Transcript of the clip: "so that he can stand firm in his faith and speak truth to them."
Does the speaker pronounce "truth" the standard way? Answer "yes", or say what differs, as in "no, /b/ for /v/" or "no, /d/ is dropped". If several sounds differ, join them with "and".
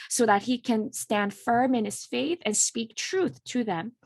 yes